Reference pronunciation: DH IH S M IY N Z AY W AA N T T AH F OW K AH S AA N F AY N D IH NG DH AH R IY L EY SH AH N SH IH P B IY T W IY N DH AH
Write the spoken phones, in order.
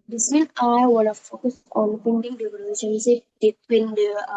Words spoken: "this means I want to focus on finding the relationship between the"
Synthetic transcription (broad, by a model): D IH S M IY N AY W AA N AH F OW K AH S AA N P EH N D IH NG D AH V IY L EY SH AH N S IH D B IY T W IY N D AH